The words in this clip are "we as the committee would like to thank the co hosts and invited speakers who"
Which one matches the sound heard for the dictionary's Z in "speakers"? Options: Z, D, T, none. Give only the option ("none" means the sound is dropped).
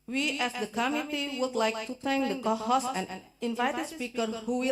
none